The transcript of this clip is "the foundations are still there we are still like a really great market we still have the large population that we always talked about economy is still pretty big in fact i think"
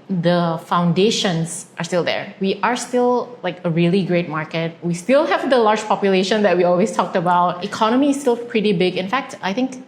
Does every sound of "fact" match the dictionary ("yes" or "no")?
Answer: yes